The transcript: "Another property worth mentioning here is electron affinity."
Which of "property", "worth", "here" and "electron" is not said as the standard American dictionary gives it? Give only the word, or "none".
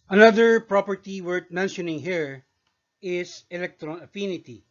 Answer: worth